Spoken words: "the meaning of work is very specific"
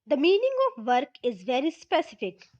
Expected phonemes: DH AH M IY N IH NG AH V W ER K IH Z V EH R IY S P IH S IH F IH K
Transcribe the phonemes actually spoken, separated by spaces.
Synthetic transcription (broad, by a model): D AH M IY N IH NG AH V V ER K IH Z V EH R IY S P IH S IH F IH K